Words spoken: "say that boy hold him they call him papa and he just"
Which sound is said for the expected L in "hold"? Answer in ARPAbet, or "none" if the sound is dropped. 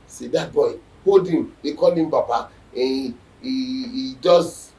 none